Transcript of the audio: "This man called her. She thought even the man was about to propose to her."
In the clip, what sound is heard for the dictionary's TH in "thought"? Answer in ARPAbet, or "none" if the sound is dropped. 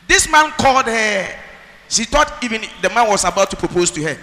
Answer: T